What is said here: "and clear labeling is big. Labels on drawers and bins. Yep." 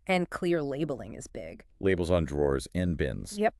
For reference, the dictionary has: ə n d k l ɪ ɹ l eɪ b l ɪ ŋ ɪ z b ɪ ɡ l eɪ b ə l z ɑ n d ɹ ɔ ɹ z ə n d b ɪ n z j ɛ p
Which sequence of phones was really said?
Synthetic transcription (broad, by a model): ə n k l ɪ ɹ l eɪ b l ɪ ŋ ɪ z b ɪ ɡ l eɪ b l z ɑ n d ɹ ɔ ɹ z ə n b ɪ n z j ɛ p